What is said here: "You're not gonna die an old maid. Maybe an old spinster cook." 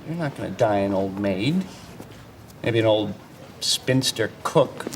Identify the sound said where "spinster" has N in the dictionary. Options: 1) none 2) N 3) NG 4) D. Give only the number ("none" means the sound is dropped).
2